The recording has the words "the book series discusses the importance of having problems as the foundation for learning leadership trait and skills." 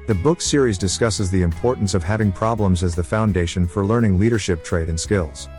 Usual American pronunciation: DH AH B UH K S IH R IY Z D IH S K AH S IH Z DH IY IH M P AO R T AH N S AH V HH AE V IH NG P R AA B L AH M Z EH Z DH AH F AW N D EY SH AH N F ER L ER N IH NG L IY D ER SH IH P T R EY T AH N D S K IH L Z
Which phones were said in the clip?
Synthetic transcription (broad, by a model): DH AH B UH K S IH R IY Z D IH S K AH S IH Z DH IY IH M P AO R T N S AH V HH AE V IH NG P R AA B L AH M Z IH Z DH AH F AW N D EY SH AH N F ER L ER N IH NG L IY D ER SH IH P T R EY T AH N S K IH L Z